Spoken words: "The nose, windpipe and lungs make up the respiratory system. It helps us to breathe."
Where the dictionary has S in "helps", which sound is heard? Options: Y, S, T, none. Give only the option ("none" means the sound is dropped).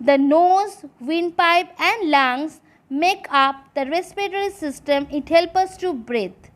none